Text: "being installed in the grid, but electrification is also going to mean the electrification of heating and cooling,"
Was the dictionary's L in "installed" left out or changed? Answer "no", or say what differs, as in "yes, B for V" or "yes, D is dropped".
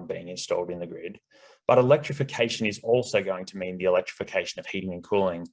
no